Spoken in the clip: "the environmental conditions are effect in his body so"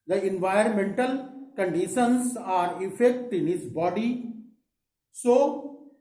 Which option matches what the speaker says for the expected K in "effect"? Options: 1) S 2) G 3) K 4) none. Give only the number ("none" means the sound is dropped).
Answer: 3